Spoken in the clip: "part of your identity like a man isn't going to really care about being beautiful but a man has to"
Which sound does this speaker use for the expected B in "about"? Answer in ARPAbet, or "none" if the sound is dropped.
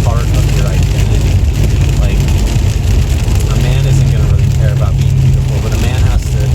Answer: B